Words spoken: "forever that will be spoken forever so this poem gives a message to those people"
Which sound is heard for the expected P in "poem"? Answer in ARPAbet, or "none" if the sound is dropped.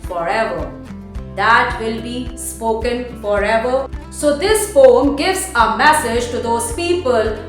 F